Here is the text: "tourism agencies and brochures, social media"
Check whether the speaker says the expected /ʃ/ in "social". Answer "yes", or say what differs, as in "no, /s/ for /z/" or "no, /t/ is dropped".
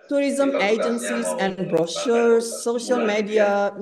yes